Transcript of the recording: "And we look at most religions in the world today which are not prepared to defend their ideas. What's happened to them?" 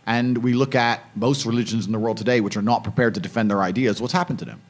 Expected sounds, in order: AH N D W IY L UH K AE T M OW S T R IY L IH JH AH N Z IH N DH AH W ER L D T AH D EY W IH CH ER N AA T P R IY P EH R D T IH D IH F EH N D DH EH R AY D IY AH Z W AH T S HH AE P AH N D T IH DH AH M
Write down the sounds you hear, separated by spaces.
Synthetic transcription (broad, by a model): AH N W IY L UH K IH T M OW S T R IY L IH JH AH N Z N DH AH W ER L D T AH D EY W IH CH ER N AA T P R IY P EH R D T IH D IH F EH N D DH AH R AY D IY AH Z W AH T S HH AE P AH N T IH DH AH M